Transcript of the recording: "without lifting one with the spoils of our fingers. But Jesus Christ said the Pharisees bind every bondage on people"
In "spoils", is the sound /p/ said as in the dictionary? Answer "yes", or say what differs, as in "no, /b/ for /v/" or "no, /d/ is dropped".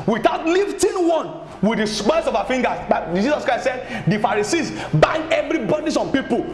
no, /b/ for /p/